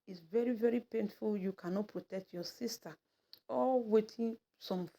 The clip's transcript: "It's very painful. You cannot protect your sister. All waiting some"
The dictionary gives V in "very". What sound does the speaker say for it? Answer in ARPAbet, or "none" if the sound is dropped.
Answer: V